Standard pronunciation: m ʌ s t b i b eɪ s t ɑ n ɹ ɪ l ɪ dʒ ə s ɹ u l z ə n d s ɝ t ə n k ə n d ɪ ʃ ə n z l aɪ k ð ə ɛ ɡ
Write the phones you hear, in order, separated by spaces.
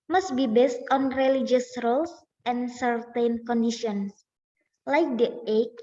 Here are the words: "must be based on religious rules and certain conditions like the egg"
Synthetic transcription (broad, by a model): m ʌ s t b i b eɪ s t ɑ n ɹ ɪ l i dʒ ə s ɹ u l s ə n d s ɝ t ə n k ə n d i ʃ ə n s l aɪ k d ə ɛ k